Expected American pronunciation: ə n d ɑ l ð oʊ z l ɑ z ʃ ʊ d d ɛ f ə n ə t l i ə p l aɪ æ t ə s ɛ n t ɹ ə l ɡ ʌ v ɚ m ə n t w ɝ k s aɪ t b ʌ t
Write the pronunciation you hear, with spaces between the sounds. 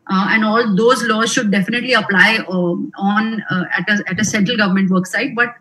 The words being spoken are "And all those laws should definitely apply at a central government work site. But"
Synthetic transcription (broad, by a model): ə n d ɑ l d oʊ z l ɑ z ʃ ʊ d d ɛ f ə n ə t l i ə p l aɪ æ t ə s ɛ n t ɹ ə l ɡ ʌ v ɚ m ə n t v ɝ k s aɪ t b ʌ t